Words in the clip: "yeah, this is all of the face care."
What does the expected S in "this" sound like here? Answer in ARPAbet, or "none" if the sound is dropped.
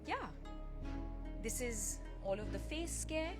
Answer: S